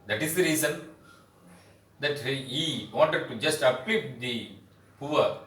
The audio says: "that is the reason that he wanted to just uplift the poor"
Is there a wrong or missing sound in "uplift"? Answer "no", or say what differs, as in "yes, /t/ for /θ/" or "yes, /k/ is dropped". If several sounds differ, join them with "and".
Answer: yes, /l/ is dropped and /f/ is dropped